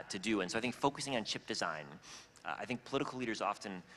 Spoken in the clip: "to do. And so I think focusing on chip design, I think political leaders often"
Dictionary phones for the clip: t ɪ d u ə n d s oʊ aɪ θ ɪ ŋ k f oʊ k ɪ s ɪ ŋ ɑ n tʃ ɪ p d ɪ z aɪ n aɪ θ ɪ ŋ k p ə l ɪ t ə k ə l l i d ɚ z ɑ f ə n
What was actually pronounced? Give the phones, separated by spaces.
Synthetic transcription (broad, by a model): t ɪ d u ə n s oʊ aɪ θ ɪ ŋ k f oʊ k ɪ s ɪ ŋ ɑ n tʃ ɪ p d ɪ z aɪ n aɪ θ ɪ ŋ k p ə l ɪ t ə k l l i d ɚ z ɑ f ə n